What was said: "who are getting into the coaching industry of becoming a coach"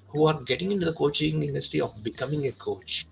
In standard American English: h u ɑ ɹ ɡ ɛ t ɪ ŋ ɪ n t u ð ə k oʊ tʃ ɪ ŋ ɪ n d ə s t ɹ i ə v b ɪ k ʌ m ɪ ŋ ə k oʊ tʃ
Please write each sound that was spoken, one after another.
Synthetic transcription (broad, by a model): h u ɑ ɹ ɡ ɛ t ɪ ŋ ɪ n t u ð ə k oʊ tʃ ɪ ŋ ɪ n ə s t i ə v b ɪ k ʌ m ɪ ŋ ə k oʊ tʃ